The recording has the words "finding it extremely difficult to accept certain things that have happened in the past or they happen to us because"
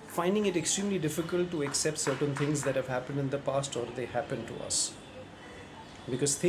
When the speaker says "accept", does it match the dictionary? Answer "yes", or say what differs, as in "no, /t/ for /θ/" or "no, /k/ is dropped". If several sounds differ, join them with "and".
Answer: yes